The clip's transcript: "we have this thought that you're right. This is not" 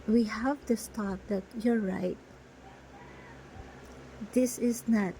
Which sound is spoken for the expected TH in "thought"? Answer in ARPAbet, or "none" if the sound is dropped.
T